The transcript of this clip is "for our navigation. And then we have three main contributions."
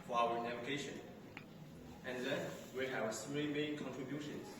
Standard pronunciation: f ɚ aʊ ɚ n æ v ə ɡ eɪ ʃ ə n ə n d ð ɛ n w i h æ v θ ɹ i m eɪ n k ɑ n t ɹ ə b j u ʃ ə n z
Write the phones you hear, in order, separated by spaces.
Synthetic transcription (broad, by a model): f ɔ aʊ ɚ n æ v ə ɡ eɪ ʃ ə n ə n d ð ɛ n w i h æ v s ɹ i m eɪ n k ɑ n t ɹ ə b j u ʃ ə n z